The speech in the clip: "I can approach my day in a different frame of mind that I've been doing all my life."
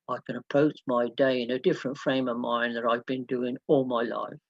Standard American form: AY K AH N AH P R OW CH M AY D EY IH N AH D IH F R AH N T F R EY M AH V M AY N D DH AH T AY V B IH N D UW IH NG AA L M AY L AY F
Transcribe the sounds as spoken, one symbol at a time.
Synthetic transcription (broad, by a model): AY K AH N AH P OW S M AY D EY IH N AH D IH F R AH N T F R EY M AH V M AY N DH AH T AY V B IH N D UW IH NG AA L M AY L AY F